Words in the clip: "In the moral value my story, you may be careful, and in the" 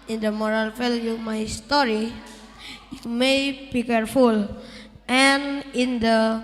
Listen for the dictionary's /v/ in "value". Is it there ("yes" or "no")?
no